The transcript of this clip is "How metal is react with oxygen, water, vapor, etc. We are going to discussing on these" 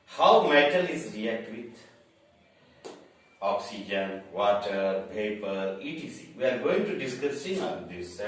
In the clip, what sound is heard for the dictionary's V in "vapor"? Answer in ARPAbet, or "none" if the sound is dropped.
P